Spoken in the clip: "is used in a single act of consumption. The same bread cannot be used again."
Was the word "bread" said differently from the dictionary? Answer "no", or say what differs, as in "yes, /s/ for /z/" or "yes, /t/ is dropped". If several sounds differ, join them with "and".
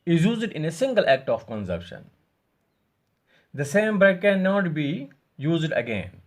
yes, /ɹ/ is dropped